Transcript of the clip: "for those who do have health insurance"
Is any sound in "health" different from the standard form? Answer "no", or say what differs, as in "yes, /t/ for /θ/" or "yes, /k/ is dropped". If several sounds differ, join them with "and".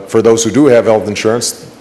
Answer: no